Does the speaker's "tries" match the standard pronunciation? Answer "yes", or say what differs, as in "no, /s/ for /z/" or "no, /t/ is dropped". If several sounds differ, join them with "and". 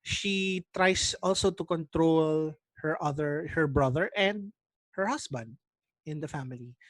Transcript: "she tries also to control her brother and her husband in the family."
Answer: no, /s/ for /z/